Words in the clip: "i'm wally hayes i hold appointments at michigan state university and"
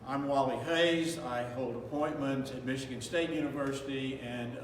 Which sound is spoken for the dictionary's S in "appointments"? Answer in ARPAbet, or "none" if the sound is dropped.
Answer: none